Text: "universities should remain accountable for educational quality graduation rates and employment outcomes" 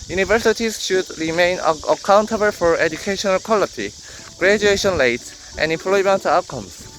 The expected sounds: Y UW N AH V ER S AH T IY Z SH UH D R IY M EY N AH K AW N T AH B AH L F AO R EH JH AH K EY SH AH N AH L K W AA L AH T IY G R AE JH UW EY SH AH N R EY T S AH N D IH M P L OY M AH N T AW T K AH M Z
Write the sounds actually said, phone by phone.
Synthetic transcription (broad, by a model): Y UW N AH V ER S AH T IY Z SH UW D R IY M EY N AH K AW N T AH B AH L F AO R EH JH AH K EY SH AH N AH L K W AA L AH T IY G R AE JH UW EY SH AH N L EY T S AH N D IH M P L OY M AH N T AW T K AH M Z